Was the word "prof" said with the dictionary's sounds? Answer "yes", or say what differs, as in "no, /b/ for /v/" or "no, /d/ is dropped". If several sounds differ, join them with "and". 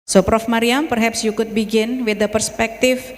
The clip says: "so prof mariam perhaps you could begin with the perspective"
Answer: yes